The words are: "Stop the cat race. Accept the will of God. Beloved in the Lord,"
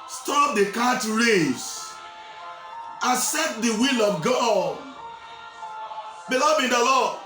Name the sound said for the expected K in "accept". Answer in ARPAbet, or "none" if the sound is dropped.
none